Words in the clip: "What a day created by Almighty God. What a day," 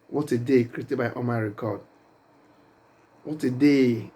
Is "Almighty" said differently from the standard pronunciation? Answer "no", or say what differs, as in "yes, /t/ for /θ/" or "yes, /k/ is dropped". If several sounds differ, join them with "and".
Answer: yes, /l/ is dropped